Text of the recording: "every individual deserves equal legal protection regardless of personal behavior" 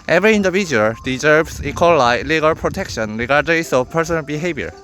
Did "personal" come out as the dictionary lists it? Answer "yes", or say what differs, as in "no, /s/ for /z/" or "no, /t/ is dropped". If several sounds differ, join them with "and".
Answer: yes